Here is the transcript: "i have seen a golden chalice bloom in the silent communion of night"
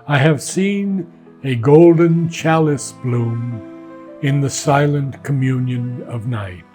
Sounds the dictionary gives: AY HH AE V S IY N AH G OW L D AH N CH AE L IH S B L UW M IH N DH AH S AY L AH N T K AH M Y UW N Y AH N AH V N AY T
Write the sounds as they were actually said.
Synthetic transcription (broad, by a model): AY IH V S IY N AH G OW L D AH N CH AE L IH S B L UW M IH N DH AH S AY L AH N K AH M Y UW N Y AH N AH V N AY T